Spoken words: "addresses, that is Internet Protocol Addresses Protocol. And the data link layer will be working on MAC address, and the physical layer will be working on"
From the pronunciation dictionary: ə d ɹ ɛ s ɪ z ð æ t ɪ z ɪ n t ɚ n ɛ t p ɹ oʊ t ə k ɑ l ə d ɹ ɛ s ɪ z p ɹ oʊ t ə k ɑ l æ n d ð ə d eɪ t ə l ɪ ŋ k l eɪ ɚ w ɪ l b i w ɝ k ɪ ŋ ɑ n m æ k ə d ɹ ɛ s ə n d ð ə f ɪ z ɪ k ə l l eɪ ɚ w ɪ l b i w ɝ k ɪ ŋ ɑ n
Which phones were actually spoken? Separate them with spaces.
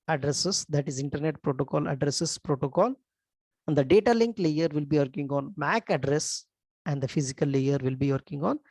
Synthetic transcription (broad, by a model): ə d ɹ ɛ s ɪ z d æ t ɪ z ɪ n t ɚ n ɛ t p ɹ oʊ t ə k ɑ l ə d ɹ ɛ s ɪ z p ɹ oʊ t ə k ɑ l n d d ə d eɪ t ə l ɪ ŋ k l eɪ ɚ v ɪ l b i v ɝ k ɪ ŋ ɑ n m æ k ə d ɹ ɛ s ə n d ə f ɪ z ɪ k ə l l eɪ ɚ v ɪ l b i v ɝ k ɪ ŋ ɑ n